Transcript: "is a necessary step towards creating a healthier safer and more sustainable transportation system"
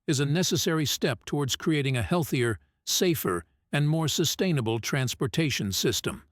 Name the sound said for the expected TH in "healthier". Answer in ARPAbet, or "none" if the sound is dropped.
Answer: TH